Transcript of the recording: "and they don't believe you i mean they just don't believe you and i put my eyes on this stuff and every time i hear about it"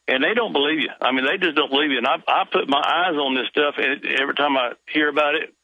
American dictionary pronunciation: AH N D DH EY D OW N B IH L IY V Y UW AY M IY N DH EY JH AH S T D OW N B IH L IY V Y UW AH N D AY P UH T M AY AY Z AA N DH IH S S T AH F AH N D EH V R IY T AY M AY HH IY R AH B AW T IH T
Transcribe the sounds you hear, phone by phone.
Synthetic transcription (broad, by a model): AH N DH EY D OW N B IH L IY V Y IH AY M IY N DH EY JH AH S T D OW N B IH L IY V Y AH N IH AY P UH T M AY AY Z N DH IH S S T AH F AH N EH V R IY T AY M AY HH IY R AH B AW T IH T